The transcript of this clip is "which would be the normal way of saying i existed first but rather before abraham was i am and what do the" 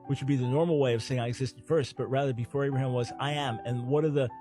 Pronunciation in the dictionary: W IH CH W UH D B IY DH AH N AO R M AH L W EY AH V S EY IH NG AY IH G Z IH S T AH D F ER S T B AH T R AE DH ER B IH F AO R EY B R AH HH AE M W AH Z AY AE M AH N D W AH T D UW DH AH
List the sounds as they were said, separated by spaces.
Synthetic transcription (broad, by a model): W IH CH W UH D B IY DH AH N AO R M L W EY AH V S EY IH NG AY IH G Z IH S T AH D F ER S T B AH T R AE DH ER B IH F AO R EY B R AH HH AE M W AH Z AY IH M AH N W AH T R DH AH